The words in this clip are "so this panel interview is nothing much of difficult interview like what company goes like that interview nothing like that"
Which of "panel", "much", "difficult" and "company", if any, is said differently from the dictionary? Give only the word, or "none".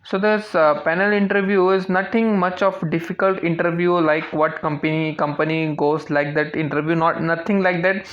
none